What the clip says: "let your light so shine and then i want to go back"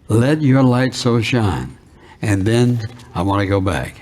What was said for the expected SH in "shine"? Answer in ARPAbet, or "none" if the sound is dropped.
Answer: SH